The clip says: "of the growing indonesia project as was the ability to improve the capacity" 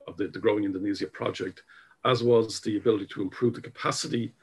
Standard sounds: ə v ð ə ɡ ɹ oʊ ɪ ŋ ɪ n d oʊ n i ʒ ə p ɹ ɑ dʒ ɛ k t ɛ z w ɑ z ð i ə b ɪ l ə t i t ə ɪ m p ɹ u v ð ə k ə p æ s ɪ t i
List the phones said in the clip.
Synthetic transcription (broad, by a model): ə v ð ə ɡ ɹ oʊ ɪ ŋ ɪ n d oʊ n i z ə p ɹ ɑ dʒ ɛ k t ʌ z w ɑ z ð i ə b ɪ l ə t i t ə ɪ m p ɹ u v ð ə k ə p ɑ s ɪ t i